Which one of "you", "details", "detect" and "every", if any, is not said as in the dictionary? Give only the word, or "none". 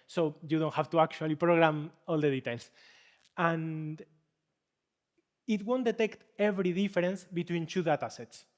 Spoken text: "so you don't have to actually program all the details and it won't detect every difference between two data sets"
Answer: details